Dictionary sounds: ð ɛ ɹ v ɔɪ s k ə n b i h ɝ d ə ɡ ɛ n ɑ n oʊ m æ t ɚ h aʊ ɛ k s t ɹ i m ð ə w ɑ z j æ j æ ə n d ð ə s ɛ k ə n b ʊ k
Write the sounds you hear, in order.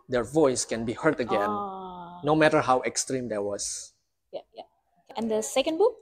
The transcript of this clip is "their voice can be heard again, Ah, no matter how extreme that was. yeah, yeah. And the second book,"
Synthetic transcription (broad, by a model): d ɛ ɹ v ɔɪ s k ə n b i h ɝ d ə ɡ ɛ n n oʊ m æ t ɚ h aʊ ɛ k s t ɹ i m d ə w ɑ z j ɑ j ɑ ə n d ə s ɛ k ə n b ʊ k